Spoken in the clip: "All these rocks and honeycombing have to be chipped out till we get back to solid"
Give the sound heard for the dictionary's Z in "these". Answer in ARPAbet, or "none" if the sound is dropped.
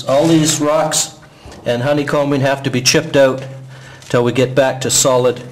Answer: Z